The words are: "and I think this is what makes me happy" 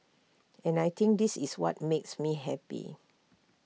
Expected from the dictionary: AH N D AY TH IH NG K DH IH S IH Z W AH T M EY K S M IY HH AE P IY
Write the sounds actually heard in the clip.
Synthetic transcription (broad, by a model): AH N AY T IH NG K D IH S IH S W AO T M EY K S M IY HH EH P IY